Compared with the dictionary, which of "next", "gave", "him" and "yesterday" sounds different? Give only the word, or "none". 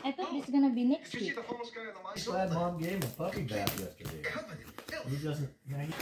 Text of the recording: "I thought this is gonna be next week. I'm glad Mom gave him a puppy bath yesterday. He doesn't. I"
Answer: gave